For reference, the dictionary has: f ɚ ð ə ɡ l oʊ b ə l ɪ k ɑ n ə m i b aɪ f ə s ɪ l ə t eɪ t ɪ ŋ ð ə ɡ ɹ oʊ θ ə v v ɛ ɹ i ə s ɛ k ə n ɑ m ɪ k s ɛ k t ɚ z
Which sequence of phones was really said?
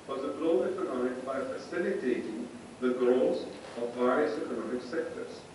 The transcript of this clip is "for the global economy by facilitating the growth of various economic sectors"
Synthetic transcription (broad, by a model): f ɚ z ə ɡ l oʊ ə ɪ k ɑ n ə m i b aɪ f ə s ɪ l ə t eɪ t ɪ ŋ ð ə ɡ ɹ oʊ s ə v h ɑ i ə s ɛ k ə n ɑ m ɪ k s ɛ k t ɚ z